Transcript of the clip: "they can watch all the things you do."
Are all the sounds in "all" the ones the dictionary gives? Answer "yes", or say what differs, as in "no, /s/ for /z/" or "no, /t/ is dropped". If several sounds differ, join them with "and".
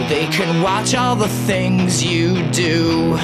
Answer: yes